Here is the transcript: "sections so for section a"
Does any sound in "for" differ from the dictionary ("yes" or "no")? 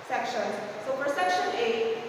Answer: yes